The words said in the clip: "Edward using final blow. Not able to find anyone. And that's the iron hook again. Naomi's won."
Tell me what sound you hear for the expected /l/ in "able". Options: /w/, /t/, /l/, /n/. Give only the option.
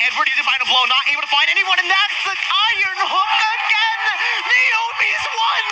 /w/